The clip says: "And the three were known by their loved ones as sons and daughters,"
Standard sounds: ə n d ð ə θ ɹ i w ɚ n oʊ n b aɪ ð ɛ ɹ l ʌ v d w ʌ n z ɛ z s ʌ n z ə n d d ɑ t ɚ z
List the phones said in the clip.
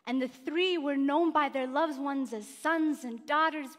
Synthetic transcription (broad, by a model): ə n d ð ə θ ɹ i w ɚ n oʊ n b aɪ ð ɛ ɹ l ʌ v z w ʌ n z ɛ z s ʌ n z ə n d d ɑ t ɚ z